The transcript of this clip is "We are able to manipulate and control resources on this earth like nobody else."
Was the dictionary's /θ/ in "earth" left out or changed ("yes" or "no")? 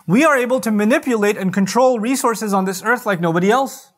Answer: no